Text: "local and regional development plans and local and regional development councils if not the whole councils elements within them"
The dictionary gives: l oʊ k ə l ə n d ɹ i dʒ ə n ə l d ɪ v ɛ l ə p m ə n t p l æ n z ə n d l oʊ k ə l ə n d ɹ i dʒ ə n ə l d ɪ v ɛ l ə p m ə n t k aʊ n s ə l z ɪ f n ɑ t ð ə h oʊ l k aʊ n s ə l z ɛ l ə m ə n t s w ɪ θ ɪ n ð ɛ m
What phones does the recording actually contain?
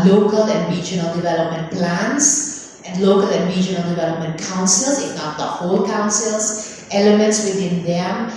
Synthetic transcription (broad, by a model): l oʊ k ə l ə n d ɹ i dʒ ə n ə l d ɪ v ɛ l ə p m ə n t p l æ n s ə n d l oʊ k ə l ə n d ɹ i dʒ ə n ə l d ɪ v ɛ l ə p m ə n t k aʊ n s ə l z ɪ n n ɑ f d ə h oʊ l k aʊ n s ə l s ɛ l ə m ə n t s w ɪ t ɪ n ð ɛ m